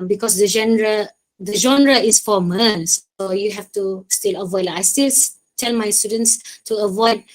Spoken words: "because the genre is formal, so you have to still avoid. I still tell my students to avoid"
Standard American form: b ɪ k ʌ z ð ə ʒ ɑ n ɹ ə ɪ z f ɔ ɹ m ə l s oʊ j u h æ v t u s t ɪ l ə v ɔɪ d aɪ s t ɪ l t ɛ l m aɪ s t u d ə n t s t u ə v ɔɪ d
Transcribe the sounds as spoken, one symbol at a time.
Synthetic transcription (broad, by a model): b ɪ k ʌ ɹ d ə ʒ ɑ n ɹ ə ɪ s f ɔ m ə n s oʊ j u h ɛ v t u s t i l ə v ɔɪ d aɪ s t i l t ɛ l m aɪ s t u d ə n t s t u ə v ɔɪ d